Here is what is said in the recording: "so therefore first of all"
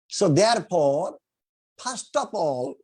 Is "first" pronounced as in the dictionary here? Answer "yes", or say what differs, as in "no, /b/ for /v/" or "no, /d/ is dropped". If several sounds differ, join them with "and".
no, /p/ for /f/